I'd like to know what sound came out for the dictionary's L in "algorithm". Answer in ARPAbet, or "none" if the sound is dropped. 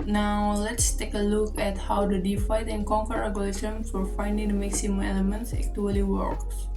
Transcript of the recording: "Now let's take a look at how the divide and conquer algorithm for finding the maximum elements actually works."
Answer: none